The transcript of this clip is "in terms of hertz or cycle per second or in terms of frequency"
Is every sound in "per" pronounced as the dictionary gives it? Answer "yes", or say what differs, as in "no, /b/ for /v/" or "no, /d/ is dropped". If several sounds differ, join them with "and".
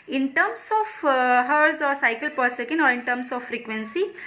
yes